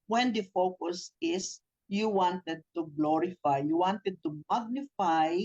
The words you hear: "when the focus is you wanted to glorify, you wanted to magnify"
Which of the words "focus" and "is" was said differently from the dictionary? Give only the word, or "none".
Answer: is